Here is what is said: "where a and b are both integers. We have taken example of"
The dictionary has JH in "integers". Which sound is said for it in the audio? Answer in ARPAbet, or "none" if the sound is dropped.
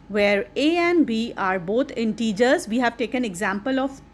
JH